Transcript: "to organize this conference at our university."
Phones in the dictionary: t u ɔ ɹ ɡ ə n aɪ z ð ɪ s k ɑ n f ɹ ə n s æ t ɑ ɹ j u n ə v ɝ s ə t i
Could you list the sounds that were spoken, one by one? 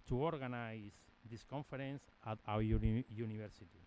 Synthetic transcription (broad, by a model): t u ɔ ɹ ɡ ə n aɪ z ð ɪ s k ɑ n f ɹ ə n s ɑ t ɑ w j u n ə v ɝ s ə t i